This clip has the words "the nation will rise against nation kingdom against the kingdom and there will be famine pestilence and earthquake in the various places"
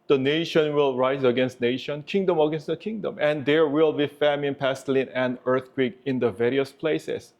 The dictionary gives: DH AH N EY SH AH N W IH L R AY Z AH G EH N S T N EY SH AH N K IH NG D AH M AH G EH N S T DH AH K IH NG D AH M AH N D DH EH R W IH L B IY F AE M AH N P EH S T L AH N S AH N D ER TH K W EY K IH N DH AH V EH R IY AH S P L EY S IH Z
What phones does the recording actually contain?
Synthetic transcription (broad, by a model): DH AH N EY SH AH N W IH L R AY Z AH G EH N S T N EY SH AH N K IH NG D AH M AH G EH N S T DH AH K IH NG D AH M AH N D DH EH R W IH L B IY F AE M AH N P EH S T L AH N AH N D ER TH K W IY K IH N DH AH V EH R IY AH S P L EY S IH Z